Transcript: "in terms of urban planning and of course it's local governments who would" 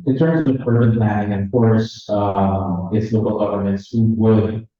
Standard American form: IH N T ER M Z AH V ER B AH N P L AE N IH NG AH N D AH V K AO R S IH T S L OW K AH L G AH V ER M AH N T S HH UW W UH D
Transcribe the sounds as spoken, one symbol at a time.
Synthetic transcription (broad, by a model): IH N T ER M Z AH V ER AH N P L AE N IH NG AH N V K AO R S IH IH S L OW K AH L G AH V ER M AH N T S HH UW W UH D